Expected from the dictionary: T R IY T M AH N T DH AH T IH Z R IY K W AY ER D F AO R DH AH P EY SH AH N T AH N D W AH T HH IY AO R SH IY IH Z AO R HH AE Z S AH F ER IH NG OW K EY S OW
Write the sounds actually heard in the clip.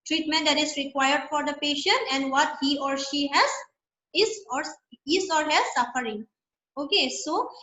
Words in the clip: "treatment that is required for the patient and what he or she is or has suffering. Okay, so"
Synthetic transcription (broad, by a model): T R IY T M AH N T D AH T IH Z R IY K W AY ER D F AO R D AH P EY SH AH N T AH N D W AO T HH IY AO R SH IY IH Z AO R HH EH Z S AH F ER IH NG OW K EY S OW